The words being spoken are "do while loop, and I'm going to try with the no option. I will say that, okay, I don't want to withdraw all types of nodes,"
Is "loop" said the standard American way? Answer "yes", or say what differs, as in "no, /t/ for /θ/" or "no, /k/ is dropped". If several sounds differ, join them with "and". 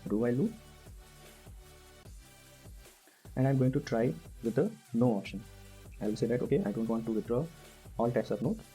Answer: no, /p/ is dropped